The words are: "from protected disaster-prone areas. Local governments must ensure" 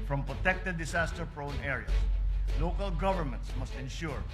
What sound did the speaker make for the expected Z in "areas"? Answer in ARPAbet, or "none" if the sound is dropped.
S